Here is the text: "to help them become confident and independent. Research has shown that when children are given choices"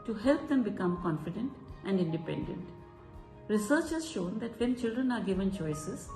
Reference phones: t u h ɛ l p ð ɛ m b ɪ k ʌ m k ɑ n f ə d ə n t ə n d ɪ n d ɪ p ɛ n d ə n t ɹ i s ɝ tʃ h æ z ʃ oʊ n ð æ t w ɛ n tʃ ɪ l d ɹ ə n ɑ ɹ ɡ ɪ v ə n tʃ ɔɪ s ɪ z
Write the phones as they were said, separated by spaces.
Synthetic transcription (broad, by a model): t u h ɛ l p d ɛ m b ɪ k ʌ m k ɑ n f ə d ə n t ə n d ɪ n d ɪ p ɛ n d ə n t ɹ i s ɝ tʃ h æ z ʃ oʊ n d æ t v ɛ n tʃ ɪ l d ɹ ə n ɑ ɹ ɡ ɪ v ə n tʃ ɔɪ s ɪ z